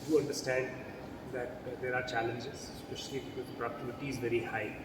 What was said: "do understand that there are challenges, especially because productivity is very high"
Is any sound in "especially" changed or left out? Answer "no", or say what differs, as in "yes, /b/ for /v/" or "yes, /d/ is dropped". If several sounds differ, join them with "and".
yes, /l/ is dropped